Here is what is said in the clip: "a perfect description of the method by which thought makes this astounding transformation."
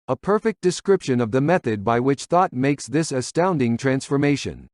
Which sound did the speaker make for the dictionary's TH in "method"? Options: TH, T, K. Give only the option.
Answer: TH